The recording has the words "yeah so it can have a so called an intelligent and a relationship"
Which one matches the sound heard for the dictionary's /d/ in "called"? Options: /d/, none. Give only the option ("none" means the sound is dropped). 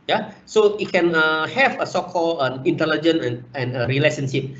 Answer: none